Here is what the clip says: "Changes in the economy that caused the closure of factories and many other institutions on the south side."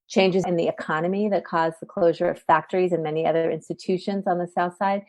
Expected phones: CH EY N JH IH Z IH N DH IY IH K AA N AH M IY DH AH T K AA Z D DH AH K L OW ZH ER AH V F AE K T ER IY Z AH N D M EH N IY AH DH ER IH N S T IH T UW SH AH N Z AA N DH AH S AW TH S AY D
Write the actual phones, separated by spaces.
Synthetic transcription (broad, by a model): CH EY N JH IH Z IH N DH IY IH K AA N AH M IY DH AH T K AA Z DH AH K L OW ZH ER AH V F AE K T ER IY Z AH N M EH N IY AH DH ER IH N S T IH T UW SH AH N Z N DH AH S AW TH S AY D